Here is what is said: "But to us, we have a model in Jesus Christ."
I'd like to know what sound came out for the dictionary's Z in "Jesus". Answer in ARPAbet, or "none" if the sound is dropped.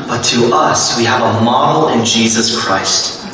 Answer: Z